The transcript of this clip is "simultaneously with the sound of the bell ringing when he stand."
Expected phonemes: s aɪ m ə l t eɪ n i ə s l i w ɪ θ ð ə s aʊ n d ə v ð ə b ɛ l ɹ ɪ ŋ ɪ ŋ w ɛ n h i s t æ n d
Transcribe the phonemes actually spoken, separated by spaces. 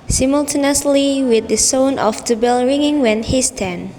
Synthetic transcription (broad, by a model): s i m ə l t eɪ n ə s l i w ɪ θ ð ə s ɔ n ə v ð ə b ɛ l ɹ ɪ ŋ ɪ ŋ w ɛ n h i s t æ n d